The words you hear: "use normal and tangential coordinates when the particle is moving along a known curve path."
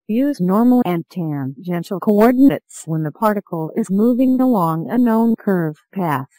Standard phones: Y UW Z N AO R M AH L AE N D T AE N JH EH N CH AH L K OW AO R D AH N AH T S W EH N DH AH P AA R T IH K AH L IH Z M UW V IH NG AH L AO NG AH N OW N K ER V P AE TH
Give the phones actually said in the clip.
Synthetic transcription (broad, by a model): Y UW Z N AO R M L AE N T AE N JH EH N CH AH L K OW AO R D N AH T S W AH N DH AH P AA R T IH K L IH Z M UW V IH NG AH L AO NG AH N OW N K ER V P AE TH